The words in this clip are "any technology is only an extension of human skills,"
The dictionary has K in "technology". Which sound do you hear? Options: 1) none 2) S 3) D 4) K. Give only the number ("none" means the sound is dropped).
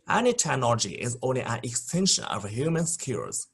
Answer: 1